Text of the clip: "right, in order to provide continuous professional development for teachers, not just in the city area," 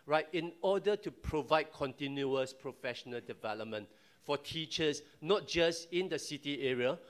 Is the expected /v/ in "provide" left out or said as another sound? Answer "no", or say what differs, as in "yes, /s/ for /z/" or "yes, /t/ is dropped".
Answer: no